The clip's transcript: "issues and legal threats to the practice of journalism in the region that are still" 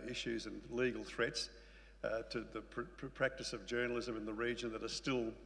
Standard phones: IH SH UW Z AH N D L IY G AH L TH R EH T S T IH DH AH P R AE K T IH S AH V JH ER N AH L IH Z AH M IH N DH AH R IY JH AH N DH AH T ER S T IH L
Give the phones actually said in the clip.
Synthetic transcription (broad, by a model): IH SH UW Z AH N L IY G L TH R EH T S T IH DH AH P R AE K T IH S AH V JH ER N L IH Z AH M IH N DH AH R IY JH AH N DH AH T ER S T IH L